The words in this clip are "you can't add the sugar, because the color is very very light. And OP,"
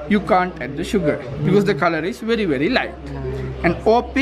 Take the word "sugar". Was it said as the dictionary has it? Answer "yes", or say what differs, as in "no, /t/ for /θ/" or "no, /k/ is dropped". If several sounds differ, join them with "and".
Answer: yes